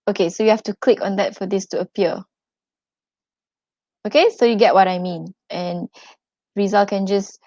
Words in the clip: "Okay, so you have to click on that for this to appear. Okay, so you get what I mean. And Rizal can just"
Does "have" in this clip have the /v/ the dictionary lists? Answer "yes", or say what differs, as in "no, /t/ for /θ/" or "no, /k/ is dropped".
no, /f/ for /v/